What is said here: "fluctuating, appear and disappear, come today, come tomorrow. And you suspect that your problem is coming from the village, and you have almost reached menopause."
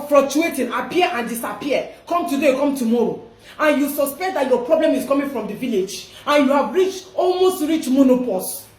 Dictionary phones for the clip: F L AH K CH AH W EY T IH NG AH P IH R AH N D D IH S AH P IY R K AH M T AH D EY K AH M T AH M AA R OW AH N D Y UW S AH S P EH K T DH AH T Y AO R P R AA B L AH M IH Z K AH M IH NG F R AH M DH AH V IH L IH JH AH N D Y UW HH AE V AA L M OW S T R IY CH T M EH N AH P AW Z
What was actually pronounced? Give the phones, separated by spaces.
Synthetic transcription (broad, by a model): F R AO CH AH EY T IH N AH P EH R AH N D D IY S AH P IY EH K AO M T AH D EY K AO M T AH M AA R OW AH N Y UW S AH S P EH K T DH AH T Y AO P R AA B L AH M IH S K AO M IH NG F R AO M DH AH V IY L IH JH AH N Y UW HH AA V AA L M OW S T R IY CH M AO N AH P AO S